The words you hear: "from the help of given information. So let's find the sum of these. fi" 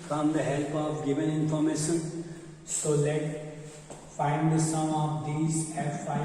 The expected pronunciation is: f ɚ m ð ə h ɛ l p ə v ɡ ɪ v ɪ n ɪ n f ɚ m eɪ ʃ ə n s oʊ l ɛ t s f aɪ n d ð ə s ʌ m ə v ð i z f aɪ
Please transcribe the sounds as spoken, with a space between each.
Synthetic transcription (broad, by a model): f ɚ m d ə h ɛ l p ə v ɡ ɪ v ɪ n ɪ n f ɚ m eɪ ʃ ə n s oʊ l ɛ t f aɪ n d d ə s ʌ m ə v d i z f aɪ